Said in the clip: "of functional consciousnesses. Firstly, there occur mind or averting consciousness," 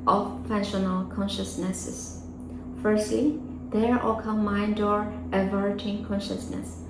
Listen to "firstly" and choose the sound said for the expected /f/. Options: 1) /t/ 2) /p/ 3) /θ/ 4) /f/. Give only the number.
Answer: 4